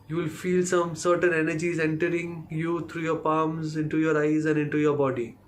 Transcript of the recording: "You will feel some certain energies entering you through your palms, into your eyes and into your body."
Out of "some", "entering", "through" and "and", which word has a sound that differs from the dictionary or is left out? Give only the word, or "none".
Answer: through